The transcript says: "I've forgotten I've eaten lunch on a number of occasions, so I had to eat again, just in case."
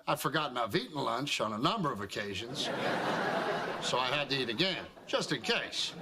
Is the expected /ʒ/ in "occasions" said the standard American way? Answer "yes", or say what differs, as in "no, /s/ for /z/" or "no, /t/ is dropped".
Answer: yes